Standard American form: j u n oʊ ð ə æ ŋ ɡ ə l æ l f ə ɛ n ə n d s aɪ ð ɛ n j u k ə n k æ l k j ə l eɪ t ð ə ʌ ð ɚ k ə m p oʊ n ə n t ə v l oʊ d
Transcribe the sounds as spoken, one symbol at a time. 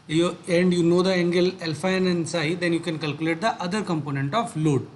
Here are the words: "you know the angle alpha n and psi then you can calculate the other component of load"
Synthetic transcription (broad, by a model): j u n oʊ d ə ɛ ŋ ɡ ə l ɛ l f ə ɛ n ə n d s aɪ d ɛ n j u k ə n k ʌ l k j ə l eɪ t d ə ʌ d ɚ k ə m p oʊ n ə n t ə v l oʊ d